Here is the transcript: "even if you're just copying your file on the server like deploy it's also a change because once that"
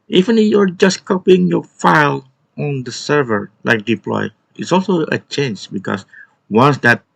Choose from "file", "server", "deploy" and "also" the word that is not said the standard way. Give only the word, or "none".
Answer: none